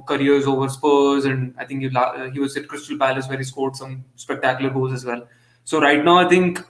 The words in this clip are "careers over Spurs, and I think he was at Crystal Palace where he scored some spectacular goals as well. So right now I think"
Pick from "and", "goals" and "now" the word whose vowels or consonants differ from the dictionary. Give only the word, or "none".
goals